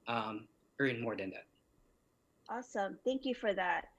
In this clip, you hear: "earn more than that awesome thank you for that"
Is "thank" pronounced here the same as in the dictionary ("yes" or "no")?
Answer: yes